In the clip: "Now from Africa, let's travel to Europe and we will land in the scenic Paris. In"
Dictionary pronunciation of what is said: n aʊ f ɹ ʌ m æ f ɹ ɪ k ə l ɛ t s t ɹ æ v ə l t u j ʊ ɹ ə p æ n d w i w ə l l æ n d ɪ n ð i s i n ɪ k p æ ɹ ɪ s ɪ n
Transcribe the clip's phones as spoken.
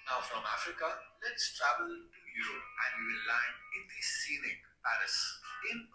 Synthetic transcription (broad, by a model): n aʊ f ɹ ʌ m æ f ɹ ɪ k ə l ɛ t s t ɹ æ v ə l t u j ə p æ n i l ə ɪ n ɪ n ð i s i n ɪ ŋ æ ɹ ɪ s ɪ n